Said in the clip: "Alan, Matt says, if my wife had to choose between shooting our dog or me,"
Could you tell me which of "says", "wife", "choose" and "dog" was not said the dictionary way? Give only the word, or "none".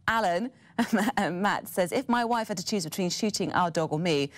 none